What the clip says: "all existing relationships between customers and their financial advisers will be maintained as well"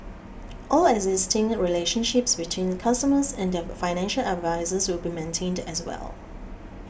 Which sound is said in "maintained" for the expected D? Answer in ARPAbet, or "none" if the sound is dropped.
D